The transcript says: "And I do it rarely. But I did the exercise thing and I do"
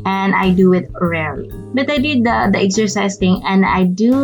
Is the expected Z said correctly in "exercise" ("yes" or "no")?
no